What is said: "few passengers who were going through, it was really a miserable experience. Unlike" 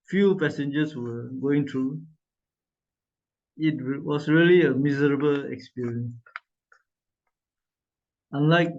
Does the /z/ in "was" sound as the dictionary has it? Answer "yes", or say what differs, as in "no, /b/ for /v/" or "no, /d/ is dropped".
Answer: no, /s/ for /z/